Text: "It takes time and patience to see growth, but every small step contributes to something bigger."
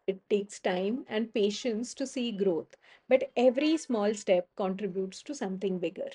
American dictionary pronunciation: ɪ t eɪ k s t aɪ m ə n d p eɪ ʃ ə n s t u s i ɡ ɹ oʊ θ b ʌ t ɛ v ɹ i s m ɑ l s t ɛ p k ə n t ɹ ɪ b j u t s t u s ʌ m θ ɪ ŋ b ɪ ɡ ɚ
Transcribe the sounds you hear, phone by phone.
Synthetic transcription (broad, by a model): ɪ t eɪ k s t aɪ m ə n d p eɪ ʃ ə n s t u s i ɡ ɹ oʊ t b ʌ t ɛ v ɹ i s m ɑ l s t ɛ p k ə n t ɹ ɪ b j u t s t u s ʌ m t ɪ ŋ b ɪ ɡ ɚ